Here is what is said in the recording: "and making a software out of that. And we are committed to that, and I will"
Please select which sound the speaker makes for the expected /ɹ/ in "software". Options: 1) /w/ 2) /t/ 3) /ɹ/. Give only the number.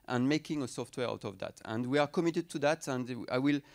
3